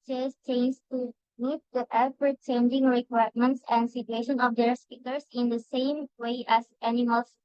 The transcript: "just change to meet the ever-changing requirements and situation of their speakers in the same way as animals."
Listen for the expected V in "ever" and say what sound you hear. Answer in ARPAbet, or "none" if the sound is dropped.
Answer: P